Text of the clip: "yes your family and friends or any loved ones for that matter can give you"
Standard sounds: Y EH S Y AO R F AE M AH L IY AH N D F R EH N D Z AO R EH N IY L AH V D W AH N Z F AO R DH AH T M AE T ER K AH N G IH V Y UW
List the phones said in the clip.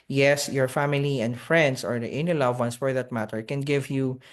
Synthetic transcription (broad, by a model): Y EH S Y AO R F AE M AH L IY AH N D F R EH N D S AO R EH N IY L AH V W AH N S F AO R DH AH T M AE T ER K AH N G IH V Y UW